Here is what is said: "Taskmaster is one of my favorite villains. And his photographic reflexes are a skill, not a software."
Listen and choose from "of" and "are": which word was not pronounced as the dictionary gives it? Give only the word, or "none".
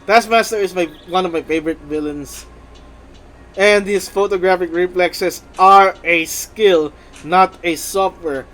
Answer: none